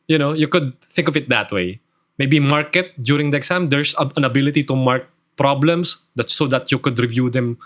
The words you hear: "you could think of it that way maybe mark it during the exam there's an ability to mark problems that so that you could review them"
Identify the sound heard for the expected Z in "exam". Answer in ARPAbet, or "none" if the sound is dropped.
S